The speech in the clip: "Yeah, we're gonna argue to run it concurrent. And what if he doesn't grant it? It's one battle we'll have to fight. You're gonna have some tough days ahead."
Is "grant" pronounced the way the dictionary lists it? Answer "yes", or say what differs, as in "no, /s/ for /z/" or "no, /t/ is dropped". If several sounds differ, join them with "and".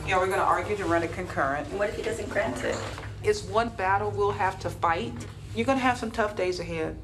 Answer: yes